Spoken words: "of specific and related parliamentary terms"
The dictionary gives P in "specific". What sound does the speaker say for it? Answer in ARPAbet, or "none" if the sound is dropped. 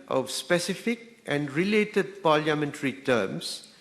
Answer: P